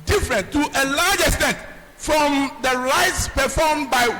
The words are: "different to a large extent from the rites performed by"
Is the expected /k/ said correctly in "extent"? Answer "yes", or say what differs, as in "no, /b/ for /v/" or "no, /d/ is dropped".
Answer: yes